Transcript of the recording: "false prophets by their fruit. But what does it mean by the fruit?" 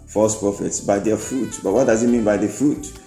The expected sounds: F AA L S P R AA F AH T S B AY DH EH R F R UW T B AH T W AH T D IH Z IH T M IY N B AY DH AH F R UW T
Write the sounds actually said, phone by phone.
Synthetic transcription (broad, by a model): F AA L S P R AA F AH T S B AY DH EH F R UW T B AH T W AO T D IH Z IH T M IY N B AY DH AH F R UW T